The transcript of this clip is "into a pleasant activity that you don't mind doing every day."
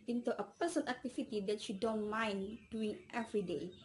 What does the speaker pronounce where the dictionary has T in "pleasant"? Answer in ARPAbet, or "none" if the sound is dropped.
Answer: none